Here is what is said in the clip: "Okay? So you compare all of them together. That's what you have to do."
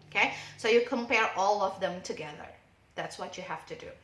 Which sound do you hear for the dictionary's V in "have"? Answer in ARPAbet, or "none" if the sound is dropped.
F